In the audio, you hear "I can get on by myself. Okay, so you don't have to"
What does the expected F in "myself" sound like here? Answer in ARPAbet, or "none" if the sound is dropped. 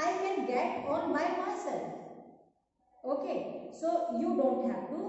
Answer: none